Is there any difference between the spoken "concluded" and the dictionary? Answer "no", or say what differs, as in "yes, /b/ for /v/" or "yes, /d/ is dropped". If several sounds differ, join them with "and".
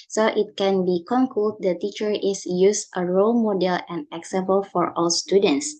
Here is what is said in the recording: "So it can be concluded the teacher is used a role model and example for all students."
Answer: yes, /l/ is dropped